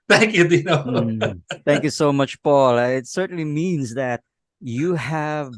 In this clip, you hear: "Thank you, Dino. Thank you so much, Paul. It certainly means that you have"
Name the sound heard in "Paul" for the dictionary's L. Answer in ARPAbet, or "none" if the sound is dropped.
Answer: L